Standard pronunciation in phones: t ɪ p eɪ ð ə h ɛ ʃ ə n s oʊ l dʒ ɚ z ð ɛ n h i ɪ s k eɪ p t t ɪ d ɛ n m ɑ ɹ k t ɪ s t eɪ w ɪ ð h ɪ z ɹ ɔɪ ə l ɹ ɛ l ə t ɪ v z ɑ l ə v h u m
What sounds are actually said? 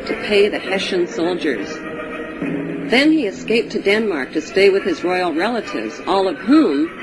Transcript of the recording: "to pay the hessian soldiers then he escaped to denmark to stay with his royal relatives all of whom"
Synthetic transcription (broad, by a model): t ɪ p eɪ ð ə h ɛ ʃ ə n s oʊ l dʒ ɚ z ð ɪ n i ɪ s k eɪ p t t ɪ d ɛ n m ɑ ɹ k t ɪ s t eɪ w ɪ ð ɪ z ɹ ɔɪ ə l ɹ ɛ l ə t ɪ v z ɑ l ə v h u m